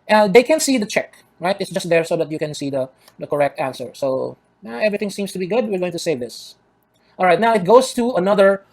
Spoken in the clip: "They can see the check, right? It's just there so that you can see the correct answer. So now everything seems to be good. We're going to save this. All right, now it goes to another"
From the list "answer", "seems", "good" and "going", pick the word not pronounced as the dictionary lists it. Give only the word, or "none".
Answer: seems